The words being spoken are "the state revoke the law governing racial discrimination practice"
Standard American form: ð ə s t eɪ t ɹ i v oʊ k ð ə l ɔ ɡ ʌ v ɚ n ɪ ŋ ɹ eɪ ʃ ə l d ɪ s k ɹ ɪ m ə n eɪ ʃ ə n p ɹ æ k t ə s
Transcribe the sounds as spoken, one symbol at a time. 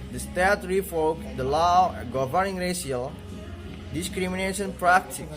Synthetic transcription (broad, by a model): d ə s t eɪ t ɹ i f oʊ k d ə l ɔ ɡ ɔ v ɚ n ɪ ŋ ɹ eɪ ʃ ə l d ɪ s k ɹ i m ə n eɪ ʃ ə n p ɹ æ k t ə